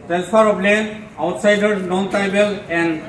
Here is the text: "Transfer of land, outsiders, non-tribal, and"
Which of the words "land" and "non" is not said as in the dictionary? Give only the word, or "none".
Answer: land